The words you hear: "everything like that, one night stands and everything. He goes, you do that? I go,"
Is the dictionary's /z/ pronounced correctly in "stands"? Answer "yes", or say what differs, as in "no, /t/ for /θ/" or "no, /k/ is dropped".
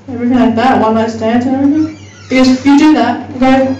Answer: no, /z/ is dropped